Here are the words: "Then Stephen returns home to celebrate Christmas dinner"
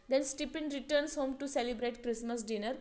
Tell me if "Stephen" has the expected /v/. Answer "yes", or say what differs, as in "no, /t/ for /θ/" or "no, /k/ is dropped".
no, /p/ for /v/